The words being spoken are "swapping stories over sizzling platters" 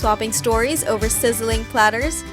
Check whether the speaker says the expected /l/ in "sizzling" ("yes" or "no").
yes